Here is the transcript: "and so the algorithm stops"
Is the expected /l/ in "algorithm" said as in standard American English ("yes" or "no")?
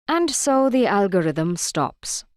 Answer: yes